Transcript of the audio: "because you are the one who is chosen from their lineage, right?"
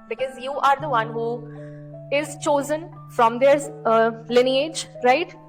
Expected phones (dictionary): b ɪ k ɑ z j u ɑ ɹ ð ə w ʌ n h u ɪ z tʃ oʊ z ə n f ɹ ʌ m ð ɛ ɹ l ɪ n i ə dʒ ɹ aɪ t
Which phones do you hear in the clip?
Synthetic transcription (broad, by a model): b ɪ k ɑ z j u ɑ ɹ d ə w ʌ n h u ɪ z tʃ oʊ z ə n f ɹ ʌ m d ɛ ɹ l ɪ n i ə dʒ ɹ aɪ t